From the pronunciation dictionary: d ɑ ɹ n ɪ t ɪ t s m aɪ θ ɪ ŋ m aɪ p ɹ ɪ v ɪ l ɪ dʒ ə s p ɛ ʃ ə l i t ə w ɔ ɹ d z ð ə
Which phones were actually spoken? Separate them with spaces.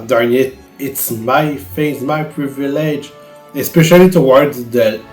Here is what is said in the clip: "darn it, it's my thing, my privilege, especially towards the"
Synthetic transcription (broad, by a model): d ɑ ɹ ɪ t ɪ t s m aɪ f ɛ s m aɪ p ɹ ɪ v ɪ l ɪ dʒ ə s p ɛ ʃ ə l i t ə w ɔ ɹ d z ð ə